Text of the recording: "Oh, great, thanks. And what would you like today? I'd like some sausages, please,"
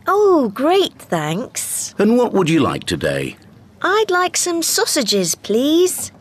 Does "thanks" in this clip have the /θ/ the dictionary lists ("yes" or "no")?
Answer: yes